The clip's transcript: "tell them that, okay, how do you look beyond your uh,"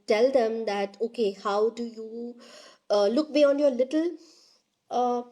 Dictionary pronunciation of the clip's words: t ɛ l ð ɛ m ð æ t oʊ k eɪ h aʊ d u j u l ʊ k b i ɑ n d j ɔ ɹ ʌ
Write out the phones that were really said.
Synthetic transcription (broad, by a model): t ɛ l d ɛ m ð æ t oʊ k eɪ h aʊ d u j u l ʊ k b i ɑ n j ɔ l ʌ